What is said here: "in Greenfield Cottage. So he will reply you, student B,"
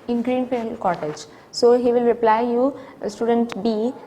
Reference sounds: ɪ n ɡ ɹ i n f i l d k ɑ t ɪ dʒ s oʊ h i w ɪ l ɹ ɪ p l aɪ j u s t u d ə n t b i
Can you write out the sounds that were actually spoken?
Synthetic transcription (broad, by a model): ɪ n ɡ ɹ i n p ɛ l k ɑ t ɪ dʒ s oʊ h i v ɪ l ɹ ɪ p l aɪ j u s t u d ə n t b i